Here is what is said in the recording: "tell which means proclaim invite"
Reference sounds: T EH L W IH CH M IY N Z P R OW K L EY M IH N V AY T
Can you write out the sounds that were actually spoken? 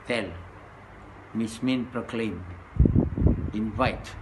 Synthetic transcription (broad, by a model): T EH L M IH S M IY N P R OW K L EY M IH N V AY T